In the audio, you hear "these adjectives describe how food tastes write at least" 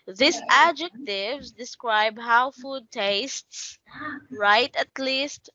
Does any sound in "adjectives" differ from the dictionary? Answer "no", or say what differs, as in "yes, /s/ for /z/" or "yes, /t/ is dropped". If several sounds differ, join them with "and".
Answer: no